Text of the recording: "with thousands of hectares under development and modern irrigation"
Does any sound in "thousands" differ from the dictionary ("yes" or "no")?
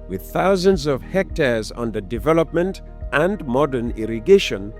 no